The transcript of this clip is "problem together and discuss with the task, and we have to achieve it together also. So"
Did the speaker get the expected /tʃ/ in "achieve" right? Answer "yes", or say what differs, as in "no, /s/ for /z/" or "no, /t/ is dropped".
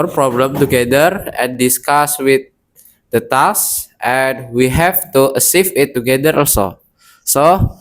no, /s/ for /tʃ/